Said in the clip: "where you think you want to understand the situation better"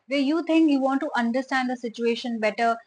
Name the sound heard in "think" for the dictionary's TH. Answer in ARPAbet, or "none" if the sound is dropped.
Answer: T